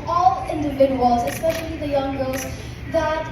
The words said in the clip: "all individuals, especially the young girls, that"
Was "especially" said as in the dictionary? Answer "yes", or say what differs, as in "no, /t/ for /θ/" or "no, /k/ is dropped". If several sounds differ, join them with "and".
yes